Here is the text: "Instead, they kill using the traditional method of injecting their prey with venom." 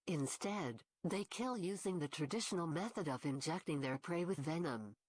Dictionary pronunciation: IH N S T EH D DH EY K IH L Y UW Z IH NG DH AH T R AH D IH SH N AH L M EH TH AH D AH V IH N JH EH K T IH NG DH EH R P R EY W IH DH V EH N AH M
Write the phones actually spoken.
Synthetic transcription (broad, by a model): IH N S T EH D DH EY K IH L Y UW Z IH NG DH AH T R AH D IH SH N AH L M EH TH AH D AH V IH N JH EH K T IH NG DH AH R P R EY W IH DH V EH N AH M